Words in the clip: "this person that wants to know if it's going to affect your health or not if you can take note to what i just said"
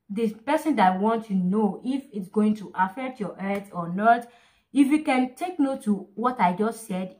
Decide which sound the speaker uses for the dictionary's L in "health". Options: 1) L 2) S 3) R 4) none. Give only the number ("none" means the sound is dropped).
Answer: 4